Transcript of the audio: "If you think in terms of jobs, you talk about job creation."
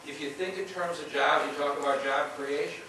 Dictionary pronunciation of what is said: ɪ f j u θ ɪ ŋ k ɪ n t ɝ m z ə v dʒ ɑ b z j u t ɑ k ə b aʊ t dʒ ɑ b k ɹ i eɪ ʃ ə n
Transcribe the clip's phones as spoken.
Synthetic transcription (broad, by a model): ɪ f j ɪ θ ɪ ŋ k ɪ n t ɝ m z ə v dʒ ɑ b j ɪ t ɑ k ə b aʊ t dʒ ɑ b k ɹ i eɪ ʃ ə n